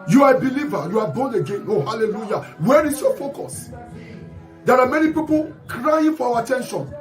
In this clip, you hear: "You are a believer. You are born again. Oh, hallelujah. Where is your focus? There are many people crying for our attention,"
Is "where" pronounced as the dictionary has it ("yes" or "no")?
yes